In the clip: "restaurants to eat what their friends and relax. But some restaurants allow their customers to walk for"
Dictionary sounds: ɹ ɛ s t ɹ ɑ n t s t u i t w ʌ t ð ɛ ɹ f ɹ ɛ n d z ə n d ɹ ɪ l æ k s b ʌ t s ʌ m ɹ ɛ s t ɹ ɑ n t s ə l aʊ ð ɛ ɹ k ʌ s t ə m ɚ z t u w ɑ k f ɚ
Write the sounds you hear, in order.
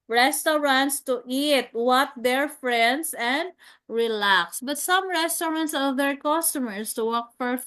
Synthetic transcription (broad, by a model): ɹ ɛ s t ɹ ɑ n t s t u i t w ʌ t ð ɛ ɹ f ɹ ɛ n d s ə n d ɹ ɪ l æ k s b ʌ t s ʌ m ɹ ɛ s t ɹ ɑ n t s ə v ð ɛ ɹ k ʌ s t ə m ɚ s t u w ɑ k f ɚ